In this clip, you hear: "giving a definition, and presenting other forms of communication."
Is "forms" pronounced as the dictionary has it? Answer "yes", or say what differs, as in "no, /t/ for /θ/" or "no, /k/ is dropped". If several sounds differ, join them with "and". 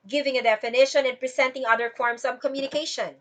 no, /s/ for /z/